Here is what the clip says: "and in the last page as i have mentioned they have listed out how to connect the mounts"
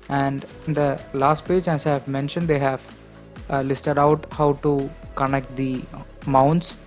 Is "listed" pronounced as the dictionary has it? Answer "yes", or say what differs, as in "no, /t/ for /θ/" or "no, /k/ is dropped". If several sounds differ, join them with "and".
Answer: yes